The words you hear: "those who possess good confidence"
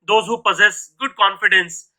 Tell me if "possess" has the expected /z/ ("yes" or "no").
yes